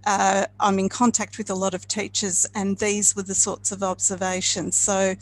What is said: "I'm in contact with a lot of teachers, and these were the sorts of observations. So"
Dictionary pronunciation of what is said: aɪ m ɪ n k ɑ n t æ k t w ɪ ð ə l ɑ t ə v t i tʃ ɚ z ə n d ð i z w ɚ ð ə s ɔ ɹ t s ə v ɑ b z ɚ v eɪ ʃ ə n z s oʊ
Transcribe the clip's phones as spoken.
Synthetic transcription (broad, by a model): aɪ m ɪ n k ɑ n t æ k t w ɪ ð ə l ɑ t ə v t i tʃ ɚ z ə n ð i z w ɚ ð ə s ɔ ɹ t s ə v ɑ b z ɚ v eɪ ʃ ə n z s oʊ